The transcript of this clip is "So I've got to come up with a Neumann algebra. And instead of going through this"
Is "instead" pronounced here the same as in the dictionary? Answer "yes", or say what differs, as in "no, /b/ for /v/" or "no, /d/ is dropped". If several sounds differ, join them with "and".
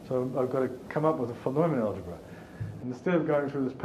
no, /n/ is dropped